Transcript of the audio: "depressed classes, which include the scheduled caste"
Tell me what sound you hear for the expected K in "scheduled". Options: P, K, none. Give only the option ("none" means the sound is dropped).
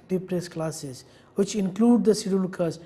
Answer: none